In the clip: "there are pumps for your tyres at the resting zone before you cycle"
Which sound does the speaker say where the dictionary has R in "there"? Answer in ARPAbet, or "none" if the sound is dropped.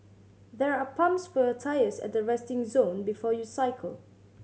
R